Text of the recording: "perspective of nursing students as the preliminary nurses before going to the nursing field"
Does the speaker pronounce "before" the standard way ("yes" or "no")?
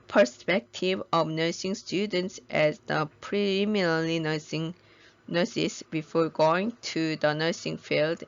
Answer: yes